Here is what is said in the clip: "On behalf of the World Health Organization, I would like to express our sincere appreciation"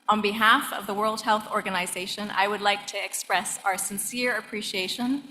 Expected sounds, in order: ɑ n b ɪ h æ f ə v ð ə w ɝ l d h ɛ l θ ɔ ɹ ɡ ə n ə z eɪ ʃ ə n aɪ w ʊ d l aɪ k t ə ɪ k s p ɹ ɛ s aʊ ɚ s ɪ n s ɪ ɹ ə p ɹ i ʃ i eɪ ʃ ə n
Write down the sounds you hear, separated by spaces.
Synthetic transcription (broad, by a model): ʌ n b ɪ h æ f ə v ð ə w ɝ l d h ɛ l θ ɔ ɹ ɡ ə n ə z eɪ ʃ ə n aɪ w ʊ d l aɪ k t ɪ k s p ɹ ɛ s aʊ ɚ s ɪ n s ɪ ɹ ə p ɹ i ʃ i eɪ ʃ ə n